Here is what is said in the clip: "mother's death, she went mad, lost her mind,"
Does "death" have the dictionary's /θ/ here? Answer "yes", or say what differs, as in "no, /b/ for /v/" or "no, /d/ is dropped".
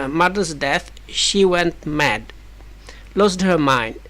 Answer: yes